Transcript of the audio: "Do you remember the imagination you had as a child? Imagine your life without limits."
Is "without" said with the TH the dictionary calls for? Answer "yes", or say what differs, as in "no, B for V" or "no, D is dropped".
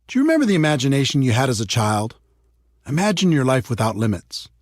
yes